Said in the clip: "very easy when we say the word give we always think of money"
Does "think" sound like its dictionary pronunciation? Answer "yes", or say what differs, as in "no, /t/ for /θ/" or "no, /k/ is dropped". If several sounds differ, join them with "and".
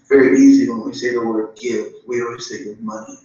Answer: no, /s/ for /θ/